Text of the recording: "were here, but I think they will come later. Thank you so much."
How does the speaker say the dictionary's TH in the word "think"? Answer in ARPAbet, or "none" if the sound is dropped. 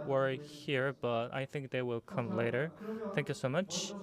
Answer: TH